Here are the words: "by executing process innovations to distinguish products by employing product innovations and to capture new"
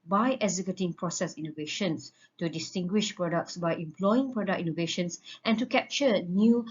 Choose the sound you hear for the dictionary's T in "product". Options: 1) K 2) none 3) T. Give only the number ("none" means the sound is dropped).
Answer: 2